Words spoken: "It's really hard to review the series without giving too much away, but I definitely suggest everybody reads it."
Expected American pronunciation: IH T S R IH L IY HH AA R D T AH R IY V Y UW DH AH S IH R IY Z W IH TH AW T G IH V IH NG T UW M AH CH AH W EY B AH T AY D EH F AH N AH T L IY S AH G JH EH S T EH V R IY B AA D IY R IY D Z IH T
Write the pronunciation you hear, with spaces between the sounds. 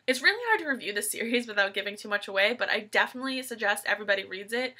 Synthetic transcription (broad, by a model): IH T S R IH L IY HH AA R D T AH R IY V Y UW DH AH S IH R IY Z W IH TH AW T G IH V IH NG T UW M AH CH AH W EY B AH T AY D EH F AH N AH T L IY S AH G JH EH S T EH V R IY B AA D IY R IY D Z IH T